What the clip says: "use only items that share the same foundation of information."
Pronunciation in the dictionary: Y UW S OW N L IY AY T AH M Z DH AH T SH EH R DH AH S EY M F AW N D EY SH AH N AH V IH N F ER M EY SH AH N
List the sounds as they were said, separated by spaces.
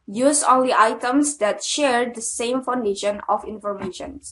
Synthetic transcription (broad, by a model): Y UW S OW N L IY AY T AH M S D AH T SH EH R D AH S EY M F AW N D EY SH AH N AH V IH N F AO M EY SH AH N